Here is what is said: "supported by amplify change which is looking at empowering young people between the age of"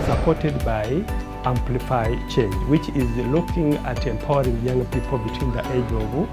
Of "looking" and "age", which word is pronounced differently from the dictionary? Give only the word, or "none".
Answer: none